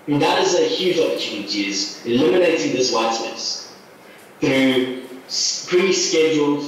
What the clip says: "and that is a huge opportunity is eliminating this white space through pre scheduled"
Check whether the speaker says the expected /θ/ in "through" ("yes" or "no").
yes